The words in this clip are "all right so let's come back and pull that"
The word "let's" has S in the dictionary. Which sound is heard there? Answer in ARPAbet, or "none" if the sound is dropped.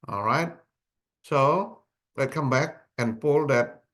none